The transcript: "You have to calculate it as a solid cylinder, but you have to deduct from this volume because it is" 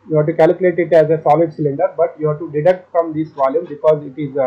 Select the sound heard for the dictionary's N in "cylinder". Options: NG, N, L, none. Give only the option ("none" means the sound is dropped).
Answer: N